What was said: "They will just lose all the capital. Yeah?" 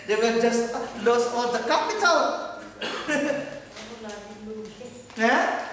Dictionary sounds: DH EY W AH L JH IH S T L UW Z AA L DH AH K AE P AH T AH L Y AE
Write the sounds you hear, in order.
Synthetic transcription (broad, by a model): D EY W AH JH IH S T L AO S AA L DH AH K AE P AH T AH L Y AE